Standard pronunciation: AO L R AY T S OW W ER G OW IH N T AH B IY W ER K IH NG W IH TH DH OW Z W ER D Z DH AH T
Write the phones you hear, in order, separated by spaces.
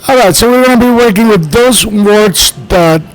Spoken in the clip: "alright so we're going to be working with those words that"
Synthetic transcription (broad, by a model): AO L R AY T S OW W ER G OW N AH B IY W ER K IH NG W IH DH OW Z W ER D S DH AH T